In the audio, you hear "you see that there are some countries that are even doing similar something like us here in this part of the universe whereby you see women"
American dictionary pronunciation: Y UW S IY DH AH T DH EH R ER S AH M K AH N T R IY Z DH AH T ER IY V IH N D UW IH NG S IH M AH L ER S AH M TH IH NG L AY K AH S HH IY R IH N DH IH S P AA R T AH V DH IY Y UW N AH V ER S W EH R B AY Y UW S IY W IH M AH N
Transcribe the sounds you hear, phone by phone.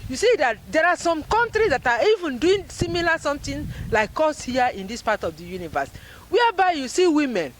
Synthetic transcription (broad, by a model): Y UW S IY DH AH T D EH R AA S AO M K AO N T R IY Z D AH T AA IY V IH N D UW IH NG S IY M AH L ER S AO M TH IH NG L AY K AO S HH IY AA IH N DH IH S P AA T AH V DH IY Y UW N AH V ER S W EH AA B AY Y UW S IY W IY M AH N